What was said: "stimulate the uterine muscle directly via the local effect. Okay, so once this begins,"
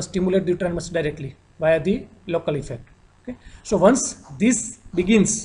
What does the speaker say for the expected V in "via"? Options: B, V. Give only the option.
V